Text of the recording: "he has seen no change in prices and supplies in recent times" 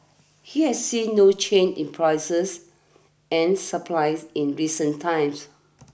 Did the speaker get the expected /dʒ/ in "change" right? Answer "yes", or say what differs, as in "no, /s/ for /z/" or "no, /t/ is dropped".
no, /dʒ/ is dropped